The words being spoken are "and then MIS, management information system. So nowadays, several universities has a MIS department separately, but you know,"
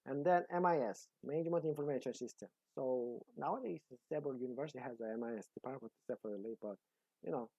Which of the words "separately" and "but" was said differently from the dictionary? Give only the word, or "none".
separately